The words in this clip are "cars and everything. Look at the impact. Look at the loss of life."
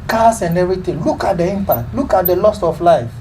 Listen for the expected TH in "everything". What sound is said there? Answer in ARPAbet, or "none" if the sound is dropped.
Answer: T